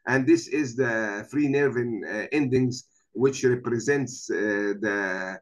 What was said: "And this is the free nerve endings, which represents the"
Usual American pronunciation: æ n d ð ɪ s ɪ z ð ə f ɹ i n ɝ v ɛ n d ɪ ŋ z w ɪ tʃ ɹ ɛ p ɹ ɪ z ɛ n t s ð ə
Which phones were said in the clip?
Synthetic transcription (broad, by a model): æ n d ð ɪ s ɪ z ð ə f ɹ i n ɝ v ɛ n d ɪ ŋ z w ɪ tʃ ɹ ɛ p ɹ ɪ z ɛ n t s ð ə